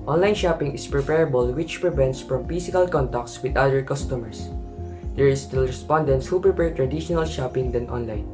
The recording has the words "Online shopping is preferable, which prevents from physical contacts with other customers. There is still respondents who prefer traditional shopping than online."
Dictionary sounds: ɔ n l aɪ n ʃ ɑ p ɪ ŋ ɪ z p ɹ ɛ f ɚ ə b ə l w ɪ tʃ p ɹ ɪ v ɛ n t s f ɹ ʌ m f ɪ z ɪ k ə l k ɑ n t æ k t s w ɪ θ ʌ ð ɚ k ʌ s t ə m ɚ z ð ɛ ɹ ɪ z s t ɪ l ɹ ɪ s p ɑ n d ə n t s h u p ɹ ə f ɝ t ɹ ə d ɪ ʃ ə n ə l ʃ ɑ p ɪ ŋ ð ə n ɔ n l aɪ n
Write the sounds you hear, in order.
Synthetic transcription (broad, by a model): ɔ n l aɪ n ʃ ɑ p ɪ ŋ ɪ s p ɹ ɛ p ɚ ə b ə l w ɪ tʃ p ɹ ɪ v ɛ n t s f ɹ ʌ m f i s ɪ k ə l k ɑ n t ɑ k t s w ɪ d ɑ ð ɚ k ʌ s t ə m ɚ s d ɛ ɹ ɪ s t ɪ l ɹ ɪ s p ɑ n d ə n t s h u p ɹ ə p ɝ t ɹ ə d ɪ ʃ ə n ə l ʃ ɑ p ɪ ŋ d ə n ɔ n l aɪ n